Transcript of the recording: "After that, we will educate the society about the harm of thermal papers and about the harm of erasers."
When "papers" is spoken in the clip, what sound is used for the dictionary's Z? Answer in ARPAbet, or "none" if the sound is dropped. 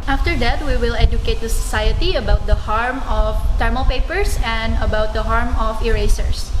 S